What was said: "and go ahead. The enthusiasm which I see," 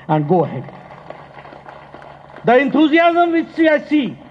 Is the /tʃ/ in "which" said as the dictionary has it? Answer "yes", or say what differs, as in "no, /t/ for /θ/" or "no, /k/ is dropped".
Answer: no, /s/ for /tʃ/